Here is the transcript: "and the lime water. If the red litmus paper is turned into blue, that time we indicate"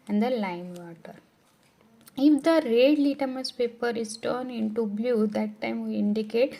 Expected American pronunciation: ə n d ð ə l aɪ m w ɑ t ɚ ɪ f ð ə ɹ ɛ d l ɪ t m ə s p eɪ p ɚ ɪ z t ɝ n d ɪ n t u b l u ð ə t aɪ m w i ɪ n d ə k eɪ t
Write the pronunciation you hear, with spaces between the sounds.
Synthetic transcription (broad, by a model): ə n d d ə l aɪ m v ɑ t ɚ ɪ f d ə ɹ ɛ d l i t m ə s p eɪ p ɚ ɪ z t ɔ n ɪ n t u b l u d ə t aɪ m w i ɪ n d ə k eɪ t